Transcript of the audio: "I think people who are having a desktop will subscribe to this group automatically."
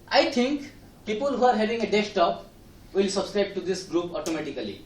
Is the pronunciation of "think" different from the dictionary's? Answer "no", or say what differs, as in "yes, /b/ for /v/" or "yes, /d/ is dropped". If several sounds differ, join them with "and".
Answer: yes, /t/ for /θ/